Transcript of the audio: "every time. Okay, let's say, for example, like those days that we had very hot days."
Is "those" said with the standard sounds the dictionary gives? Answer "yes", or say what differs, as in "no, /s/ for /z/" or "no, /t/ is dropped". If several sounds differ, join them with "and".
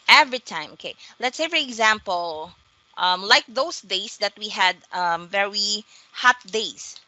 no, /s/ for /z/